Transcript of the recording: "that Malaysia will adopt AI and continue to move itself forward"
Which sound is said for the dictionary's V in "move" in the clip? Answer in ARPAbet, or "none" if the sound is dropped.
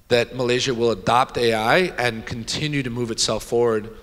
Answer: V